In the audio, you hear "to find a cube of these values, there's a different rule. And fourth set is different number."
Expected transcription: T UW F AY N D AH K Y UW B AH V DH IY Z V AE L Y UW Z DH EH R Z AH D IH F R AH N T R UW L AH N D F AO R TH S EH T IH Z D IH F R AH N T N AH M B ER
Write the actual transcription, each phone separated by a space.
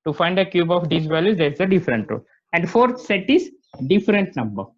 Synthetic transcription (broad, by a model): T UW F AY N D AH K Y UW B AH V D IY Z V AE L Y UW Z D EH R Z AH D IH F R AH N T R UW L AH N D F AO R T S EH T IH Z D IH F R AH N T N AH M B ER